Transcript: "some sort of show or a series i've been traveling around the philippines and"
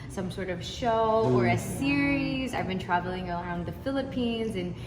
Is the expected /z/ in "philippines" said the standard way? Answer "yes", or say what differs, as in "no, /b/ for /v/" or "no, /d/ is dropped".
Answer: yes